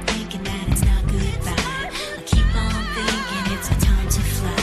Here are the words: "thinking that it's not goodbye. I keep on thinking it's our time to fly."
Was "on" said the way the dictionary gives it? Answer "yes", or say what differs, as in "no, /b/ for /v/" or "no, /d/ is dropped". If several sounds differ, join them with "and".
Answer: no, /l/ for /n/